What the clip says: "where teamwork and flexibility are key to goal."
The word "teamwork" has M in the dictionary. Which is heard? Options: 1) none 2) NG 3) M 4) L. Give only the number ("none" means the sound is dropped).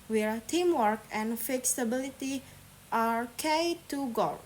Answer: 3